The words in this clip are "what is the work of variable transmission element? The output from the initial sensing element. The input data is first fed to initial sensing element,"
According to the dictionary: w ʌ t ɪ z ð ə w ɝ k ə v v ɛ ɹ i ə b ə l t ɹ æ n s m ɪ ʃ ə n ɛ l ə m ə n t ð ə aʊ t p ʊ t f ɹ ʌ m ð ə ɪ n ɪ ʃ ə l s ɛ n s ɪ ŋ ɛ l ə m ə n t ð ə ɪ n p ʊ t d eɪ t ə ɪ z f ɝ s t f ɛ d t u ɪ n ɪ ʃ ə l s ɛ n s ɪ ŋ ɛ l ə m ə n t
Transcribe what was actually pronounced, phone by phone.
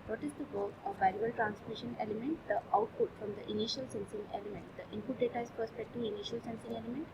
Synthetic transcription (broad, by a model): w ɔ t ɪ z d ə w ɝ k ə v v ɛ i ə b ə l t ɹ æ n s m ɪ ʃ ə n ɛ l ə m ə n t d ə aʊ t p ʊ t f ɹ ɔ m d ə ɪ n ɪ ʃ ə l s ɛ n s ɪ ŋ ɛ l ə m ə n t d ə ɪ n p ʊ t d eɪ t ə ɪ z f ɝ s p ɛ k t u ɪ n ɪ ʃ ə l s ɛ n s ɪ ŋ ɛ l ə m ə n t